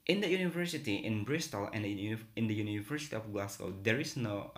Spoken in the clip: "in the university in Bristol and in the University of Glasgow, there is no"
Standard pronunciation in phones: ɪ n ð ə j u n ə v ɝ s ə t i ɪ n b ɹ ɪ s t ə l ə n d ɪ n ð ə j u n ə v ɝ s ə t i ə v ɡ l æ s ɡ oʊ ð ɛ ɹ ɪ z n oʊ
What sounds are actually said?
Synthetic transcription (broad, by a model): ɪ n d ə j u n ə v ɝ s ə t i ɪ n b ɹ ɪ s t ə l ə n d ɪ n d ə j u n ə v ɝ s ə t i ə f ɡ l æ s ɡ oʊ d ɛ ɹ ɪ s n oʊ